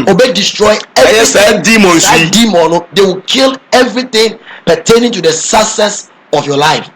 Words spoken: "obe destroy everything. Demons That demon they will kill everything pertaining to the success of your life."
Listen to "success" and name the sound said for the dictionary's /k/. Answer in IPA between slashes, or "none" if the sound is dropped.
none